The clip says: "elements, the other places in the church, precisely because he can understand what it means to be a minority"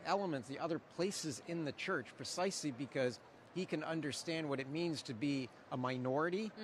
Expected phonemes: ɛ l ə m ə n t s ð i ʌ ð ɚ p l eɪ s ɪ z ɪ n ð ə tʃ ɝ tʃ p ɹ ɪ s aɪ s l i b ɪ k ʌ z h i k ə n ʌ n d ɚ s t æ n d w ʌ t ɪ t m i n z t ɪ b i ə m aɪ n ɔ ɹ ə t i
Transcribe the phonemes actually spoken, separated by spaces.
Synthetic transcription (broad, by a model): ɛ l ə m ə n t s ð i ʌ ð ɚ p l eɪ s ɪ z ɪ n ð ə tʃ ɝ tʃ p ɹ ɪ s aɪ s l i b ɪ k ʌ z h i k ə n ʌ n d ɚ s t æ n d w ʌ t ɪ t m i n z t ɪ b i ə m aɪ n ɔ ɹ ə t i